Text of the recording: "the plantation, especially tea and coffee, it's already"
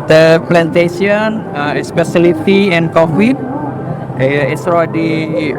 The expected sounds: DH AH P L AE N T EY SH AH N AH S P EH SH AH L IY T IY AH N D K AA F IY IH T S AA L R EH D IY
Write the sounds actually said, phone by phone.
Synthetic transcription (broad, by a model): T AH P L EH N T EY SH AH N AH S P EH S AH L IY T IY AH N K AA F IY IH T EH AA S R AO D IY